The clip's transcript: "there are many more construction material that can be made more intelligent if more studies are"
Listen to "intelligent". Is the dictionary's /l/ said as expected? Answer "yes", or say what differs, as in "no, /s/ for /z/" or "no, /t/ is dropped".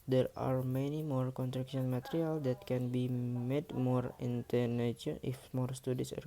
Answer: no, /n/ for /l/